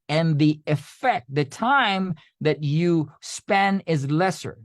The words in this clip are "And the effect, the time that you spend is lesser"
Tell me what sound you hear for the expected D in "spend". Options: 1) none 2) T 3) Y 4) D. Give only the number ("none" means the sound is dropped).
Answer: 1